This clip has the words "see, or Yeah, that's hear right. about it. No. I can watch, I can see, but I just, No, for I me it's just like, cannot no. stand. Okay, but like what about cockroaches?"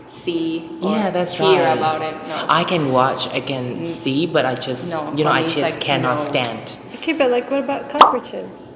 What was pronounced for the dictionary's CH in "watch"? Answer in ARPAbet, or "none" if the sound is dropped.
CH